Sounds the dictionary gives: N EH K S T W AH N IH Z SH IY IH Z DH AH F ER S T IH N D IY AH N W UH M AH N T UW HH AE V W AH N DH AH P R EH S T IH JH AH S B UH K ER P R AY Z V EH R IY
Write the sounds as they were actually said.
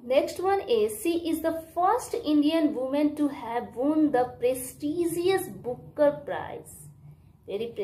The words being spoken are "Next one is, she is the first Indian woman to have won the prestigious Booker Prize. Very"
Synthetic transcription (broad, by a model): N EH K S T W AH N IH Z S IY IH Z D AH F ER S T IH N D IY AH N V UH M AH N T UW HH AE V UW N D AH P R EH S T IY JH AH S B UH K ER P R AY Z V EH R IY